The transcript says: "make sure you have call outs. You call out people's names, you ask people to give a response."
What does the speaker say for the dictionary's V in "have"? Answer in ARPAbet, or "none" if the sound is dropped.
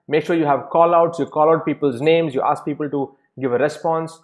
V